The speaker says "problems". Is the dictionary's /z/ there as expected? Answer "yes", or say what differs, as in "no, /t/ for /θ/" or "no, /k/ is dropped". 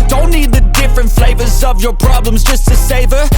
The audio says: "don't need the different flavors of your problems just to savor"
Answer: yes